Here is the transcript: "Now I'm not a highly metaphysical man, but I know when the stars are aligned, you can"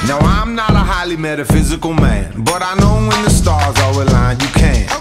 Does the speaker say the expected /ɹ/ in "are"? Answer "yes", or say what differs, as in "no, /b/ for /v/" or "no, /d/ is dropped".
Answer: no, /w/ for /ɹ/